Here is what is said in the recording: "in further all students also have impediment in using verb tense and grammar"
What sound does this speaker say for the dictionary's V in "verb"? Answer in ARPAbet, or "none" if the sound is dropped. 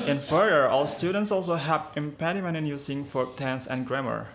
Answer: F